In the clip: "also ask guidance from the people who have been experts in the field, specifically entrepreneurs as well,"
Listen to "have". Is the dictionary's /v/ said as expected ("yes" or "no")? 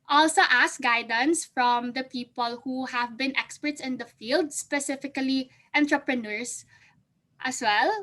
yes